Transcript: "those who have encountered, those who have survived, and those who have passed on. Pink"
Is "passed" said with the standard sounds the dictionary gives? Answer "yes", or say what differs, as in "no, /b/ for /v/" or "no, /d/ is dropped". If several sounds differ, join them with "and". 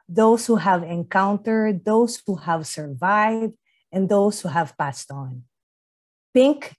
yes